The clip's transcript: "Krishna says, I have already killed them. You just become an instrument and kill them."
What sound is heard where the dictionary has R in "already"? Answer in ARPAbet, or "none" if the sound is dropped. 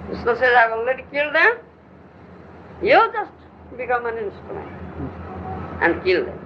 none